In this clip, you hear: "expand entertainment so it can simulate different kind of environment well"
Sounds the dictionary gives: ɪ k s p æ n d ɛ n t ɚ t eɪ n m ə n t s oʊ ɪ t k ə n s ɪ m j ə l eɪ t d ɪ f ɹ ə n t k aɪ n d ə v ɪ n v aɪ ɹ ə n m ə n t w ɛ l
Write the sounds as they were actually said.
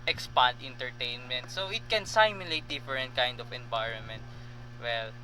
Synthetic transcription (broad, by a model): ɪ k s p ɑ n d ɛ n t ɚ t eɪ n m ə n t s oʊ ɪ t k ə n s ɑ m j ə l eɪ t d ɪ f ɹ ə n t k aɪ n d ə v ɪ n v aɪ ɹ ə n m ə n t w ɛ l